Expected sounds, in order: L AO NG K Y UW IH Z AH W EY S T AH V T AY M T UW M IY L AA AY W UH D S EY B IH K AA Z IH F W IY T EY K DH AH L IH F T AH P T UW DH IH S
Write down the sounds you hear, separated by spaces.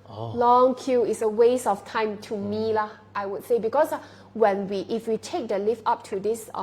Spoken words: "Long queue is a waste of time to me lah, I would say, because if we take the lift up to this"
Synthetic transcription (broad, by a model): L AO NG K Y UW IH S AH W EY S AH F T AY M T UW M IY L AA AY W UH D S EY B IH K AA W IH F W IY T EY K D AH L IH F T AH P T UW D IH S